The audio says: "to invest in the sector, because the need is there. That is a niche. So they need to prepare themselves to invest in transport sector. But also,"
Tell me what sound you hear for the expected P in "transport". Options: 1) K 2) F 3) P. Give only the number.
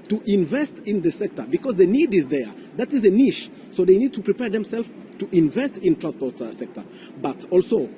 3